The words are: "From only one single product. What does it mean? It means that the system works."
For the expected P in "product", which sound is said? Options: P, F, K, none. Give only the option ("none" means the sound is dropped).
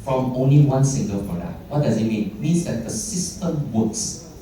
F